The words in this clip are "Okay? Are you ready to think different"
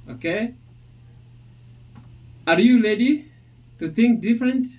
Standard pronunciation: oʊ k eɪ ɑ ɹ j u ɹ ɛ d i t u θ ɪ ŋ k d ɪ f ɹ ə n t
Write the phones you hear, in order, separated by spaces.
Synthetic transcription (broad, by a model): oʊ k eɪ ɑ ɹ j u l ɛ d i t u θ ɪ ŋ k d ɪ f ɹ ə n t